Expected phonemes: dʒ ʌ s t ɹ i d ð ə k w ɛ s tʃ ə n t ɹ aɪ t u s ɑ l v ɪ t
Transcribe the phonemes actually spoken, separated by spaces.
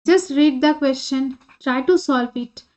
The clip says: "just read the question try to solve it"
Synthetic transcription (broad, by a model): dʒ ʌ s t ɹ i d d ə k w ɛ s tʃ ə n t ɹ aɪ t u s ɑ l f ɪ t